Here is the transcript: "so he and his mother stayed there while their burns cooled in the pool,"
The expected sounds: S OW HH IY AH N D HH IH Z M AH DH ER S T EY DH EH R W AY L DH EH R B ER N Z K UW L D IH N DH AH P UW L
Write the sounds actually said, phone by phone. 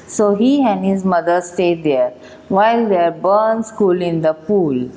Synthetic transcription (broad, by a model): S OW HH IY AH N D HH IH Z M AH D ER S T EY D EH R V AY L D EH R B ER N S K UW L IH N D AH P UW L